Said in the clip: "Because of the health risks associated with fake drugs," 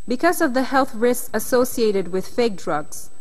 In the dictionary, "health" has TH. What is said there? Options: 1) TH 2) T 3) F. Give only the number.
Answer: 1